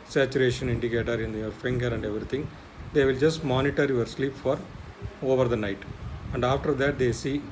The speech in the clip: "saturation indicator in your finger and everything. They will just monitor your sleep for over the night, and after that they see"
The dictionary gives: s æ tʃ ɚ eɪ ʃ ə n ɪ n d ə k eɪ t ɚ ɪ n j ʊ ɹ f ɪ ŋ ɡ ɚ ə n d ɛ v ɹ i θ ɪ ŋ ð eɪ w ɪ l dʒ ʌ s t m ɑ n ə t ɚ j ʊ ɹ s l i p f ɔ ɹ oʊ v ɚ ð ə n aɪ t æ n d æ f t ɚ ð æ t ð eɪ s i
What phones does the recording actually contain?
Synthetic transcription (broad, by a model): s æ tʃ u eɪ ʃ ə n ɪ n d ə k eɪ t ɚ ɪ n j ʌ ɹ f ɪ ŋ ɡ ɚ ə n d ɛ v ɹ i t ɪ ŋ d eɪ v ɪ l dʒ ʌ s t m ɑ n ə t ɚ j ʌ ɹ s l i p f ɔ ɹ oʊ v ɚ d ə n aɪ t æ n d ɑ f t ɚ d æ t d eɪ s i